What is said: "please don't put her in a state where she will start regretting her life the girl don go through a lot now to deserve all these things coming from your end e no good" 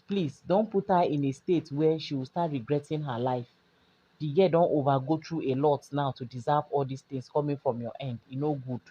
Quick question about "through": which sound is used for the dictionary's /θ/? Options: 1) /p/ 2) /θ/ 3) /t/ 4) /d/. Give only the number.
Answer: 3